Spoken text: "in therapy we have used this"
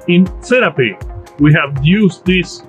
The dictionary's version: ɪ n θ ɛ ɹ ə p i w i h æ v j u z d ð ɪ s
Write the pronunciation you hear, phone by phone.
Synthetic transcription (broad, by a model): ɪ n s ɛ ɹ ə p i w i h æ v j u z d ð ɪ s